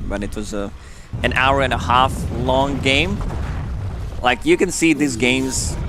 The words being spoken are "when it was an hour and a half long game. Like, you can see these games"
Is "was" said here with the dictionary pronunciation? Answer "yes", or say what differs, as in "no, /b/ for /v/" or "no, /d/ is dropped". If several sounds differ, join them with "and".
yes